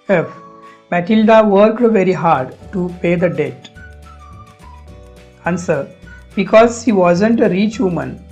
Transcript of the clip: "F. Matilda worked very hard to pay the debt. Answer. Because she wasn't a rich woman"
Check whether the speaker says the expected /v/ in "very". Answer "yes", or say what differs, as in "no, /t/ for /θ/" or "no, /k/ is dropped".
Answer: yes